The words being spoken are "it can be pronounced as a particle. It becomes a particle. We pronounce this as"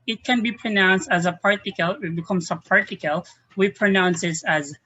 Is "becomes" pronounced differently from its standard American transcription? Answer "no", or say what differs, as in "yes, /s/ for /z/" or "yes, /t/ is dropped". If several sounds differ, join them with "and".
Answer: yes, /s/ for /z/